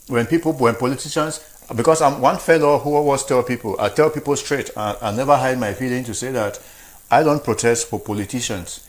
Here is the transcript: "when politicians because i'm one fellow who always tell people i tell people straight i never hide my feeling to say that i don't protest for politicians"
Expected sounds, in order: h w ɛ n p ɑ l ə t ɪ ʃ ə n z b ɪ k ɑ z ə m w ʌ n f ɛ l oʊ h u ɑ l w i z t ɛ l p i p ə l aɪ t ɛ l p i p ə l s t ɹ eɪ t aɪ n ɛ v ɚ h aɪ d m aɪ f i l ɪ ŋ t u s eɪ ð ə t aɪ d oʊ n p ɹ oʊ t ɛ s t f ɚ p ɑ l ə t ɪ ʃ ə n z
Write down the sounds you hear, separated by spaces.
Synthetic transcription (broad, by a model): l w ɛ n p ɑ l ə t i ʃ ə n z b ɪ k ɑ s ə m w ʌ n f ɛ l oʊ h u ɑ w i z t ɛ l p i p ə l aɪ t ɛ l p i p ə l s t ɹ eɪ t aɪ n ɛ v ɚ h aɪ d m aɪ f i l ɪ ŋ t u s eɪ ð ə t aɪ d oʊ n p ɹ oʊ t ɛ s t f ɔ p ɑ l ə t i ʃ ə n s